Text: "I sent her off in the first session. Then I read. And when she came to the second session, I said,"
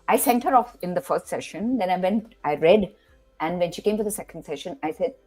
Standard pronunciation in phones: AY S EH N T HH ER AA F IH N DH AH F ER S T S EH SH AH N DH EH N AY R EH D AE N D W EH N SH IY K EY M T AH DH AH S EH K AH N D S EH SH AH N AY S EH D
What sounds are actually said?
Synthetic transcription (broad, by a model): AY S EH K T HH ER AA F IH N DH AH F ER S T S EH SH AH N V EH N AY R EH D AE N D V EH N SH IY K EY M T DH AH S EH K AH N D S EH SH AH N AY S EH D